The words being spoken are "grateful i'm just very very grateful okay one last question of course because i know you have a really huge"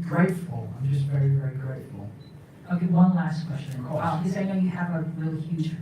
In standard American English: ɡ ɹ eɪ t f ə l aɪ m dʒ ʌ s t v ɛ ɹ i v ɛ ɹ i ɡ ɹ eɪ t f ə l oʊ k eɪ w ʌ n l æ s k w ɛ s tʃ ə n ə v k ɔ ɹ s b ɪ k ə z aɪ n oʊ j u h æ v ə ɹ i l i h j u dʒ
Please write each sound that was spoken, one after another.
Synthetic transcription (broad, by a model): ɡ ɹ eɪ t f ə l aɪ m dʒ ʌ s t v ɛ ɹ i v ɛ ɹ i ɡ ɹ eɪ t f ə l oʊ k eɪ w ʌ n l æ s k w ɛ s tʃ ə n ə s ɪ ə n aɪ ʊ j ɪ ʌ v ə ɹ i l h j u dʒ